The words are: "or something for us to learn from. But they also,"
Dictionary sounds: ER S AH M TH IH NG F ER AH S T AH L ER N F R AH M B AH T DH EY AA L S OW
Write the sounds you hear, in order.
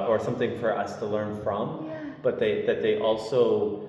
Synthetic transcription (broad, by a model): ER S AH M TH IH NG F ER AH S T AH L ER N F R AH M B AH T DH EY AA L S OW